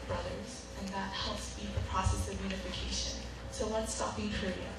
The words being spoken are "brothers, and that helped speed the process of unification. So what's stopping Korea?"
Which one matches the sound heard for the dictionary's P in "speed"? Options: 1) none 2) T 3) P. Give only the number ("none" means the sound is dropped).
1